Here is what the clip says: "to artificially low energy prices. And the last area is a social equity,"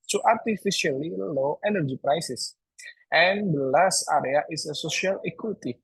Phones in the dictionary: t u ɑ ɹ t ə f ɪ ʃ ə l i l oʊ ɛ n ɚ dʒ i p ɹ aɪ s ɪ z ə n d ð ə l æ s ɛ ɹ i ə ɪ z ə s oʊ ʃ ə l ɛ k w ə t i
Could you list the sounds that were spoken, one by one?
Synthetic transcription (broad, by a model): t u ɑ ɹ t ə f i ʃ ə l i l oʊ ɛ n ɚ dʒ i p ɹ aɪ s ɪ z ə n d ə l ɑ s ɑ ɹ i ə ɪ s ə s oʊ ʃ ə l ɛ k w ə t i